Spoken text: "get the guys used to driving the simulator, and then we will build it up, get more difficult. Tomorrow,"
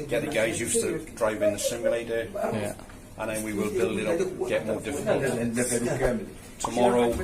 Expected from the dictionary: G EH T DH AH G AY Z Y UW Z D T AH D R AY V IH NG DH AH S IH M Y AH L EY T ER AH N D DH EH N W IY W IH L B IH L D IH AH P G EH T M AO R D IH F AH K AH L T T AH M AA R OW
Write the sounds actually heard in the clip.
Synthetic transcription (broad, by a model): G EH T DH AH G AY Z Y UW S T AH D R AY V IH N DH AH S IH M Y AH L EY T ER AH N DH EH N W IY W IH L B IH L IH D G EH T M AO D IH F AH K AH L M T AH M AA R OW